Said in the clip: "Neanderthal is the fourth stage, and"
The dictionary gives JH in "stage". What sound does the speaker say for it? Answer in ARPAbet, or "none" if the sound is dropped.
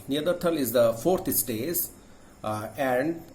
Z